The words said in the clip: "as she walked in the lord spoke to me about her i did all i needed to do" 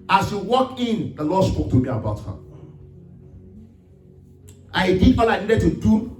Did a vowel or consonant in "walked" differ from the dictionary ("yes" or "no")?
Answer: yes